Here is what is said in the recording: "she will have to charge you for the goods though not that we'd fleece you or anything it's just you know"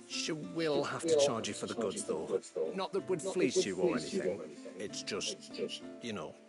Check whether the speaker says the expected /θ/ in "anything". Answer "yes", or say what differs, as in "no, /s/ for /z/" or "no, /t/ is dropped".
yes